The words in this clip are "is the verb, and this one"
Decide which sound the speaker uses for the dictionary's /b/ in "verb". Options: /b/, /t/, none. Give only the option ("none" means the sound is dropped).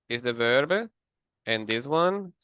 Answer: /b/